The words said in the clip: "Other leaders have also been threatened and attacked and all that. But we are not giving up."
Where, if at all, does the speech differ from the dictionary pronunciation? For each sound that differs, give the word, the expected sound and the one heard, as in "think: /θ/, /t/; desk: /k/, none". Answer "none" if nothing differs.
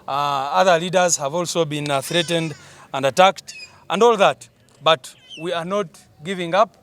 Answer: none